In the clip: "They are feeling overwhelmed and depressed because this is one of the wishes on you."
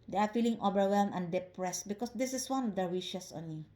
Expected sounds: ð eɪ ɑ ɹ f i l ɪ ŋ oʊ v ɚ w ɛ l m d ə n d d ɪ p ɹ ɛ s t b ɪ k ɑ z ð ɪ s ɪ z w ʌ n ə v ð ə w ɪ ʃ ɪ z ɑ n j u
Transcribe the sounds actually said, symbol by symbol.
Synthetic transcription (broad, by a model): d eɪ ɑ ɹ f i l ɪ ŋ oʊ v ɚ w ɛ l m ə n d d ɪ p ɹ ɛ s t b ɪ k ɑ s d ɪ s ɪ s w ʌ n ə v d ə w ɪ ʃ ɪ s ɑ n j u